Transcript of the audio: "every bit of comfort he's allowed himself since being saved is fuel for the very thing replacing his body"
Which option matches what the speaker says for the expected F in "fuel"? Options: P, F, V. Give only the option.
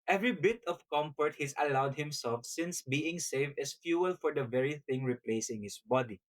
F